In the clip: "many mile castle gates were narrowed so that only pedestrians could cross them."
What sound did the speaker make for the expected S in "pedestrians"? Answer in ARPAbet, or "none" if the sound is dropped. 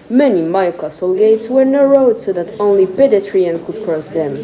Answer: none